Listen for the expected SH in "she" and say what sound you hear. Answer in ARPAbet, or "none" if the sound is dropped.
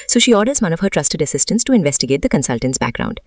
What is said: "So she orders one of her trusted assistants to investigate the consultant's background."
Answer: SH